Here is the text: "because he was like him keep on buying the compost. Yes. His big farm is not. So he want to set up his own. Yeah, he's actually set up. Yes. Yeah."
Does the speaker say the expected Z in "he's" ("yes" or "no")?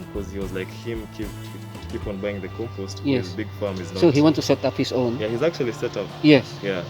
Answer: yes